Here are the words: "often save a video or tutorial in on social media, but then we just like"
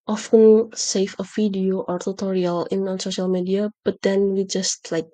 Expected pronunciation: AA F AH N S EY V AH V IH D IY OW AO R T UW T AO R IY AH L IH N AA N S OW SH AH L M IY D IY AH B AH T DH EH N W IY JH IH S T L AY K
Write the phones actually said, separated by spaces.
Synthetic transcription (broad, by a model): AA F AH N S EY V AH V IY D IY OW AO R T UW T AO R IY AH L IH N AA N S OW SH AH L M IY D IY AH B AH T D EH N W IY JH IH S T L AY K